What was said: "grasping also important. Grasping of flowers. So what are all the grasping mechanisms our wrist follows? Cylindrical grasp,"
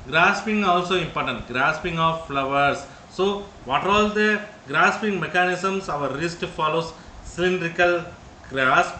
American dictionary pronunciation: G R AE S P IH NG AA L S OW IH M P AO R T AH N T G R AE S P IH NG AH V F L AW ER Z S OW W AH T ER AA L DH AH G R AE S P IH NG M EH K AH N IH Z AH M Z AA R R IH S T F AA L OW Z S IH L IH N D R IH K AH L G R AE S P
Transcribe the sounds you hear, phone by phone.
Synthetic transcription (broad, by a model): G R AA S P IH NG AA L S OW IH M P AO R T AH N T G R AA S P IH NG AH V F L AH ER S OW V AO T AA L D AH G R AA S P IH NG M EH K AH N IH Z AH M S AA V R IH S T F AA L OW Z S IH L IH N D R IH K AH L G R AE S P